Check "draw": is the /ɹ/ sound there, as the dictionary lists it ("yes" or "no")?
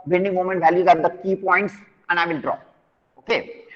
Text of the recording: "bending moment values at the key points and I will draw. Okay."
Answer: yes